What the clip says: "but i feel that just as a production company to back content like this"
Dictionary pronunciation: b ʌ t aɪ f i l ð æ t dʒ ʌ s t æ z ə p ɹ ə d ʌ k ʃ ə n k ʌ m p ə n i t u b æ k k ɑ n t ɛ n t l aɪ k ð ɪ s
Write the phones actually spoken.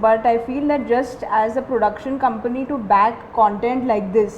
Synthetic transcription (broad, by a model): b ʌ t aɪ f i l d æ t dʒ ʌ s t æ z ə p ɹ ə d ʌ k ʃ ə n k ʌ m p ə n i t u b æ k k ɑ n t ɛ n t l aɪ k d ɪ s